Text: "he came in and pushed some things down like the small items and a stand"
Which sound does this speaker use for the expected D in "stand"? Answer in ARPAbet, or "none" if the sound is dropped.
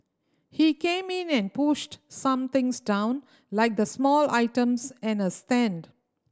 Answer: D